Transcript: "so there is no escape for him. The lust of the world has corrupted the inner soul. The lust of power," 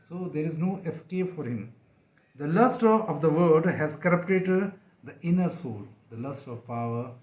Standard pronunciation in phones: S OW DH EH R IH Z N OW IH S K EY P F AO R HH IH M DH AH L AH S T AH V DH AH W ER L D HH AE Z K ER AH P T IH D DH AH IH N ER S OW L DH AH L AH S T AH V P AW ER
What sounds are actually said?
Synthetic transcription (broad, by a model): S OW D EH R IH Z N OW IH S K EY P F AO R HH IH M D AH L AH S T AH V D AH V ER D HH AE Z K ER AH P T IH D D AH IH N ER S OW L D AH L AH S T AH V P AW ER